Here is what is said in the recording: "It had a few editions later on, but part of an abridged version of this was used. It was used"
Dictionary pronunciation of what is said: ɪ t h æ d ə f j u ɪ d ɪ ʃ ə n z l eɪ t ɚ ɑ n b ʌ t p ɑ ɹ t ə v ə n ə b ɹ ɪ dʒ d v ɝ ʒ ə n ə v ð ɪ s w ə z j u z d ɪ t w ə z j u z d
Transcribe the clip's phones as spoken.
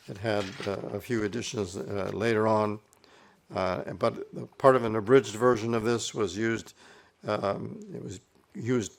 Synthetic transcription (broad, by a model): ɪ t h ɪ d ə f j u ɪ d ɪ ʃ ə n z l eɪ t ɚ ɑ n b ʌ t p ɑ ɹ t ə v ə n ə b ɹ ɪ dʒ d v ɝ ʒ ə n ə v ð ɪ s w ə z j u z d ɪ t w ə z j u z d